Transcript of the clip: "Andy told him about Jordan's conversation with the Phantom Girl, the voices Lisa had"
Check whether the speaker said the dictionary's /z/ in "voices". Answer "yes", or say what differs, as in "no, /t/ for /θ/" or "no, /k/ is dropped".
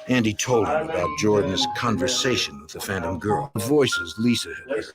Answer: yes